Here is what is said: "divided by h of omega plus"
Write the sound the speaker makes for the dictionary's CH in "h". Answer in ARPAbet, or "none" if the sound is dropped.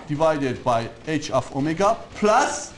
CH